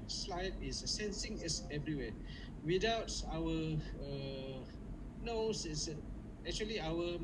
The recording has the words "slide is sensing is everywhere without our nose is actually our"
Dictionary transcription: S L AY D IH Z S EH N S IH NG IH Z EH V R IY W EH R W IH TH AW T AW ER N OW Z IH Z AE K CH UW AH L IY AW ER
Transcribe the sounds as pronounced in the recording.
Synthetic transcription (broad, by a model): S L AY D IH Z S EH N S IH NG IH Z EH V R IY W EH W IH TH AW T AW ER N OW S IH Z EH K CH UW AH L IY AW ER